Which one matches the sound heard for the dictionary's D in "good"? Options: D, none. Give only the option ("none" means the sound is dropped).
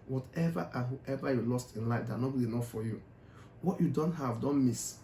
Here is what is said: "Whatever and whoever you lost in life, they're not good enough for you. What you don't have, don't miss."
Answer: none